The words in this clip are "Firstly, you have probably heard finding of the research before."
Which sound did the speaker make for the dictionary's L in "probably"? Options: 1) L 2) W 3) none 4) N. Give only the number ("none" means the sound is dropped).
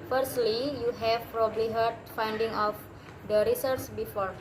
1